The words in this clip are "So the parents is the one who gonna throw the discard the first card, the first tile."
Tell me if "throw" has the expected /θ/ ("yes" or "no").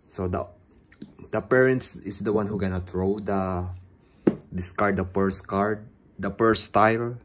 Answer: no